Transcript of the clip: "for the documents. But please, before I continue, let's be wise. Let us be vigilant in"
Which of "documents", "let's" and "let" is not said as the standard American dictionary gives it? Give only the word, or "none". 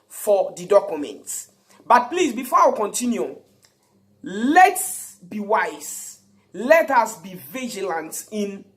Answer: documents